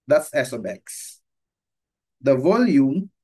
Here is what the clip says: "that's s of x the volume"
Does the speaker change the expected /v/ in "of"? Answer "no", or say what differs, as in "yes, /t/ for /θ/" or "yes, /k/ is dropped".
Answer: yes, /b/ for /v/